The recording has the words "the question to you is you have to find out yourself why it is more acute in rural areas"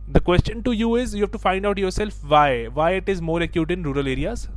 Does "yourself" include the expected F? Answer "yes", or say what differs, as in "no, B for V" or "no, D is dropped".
yes